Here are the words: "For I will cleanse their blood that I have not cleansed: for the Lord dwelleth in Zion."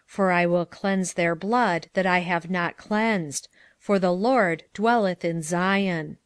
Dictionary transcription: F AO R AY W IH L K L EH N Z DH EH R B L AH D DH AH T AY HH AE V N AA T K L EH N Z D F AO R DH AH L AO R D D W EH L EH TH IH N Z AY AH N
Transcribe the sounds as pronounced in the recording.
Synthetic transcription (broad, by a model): F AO R AY W IH L K L EH N Z DH EH R B L AH D DH AH T AY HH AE V N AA T K L EH N Z D F AO R DH AH L AO R D D W EH L EH TH IH N Z AY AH N